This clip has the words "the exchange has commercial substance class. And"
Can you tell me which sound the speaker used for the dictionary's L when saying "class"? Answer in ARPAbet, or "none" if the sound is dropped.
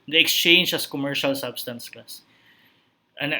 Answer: none